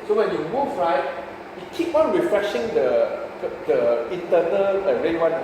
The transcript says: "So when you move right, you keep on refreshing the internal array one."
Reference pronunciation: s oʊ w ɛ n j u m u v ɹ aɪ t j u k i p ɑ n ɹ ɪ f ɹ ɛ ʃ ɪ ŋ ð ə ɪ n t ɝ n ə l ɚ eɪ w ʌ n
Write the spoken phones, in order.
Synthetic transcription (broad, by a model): s oʊ w ɛ n j u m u f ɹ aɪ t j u k i p ɑ n ɹ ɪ f ɹ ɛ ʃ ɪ ŋ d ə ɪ n t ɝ n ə l ɚ eɪ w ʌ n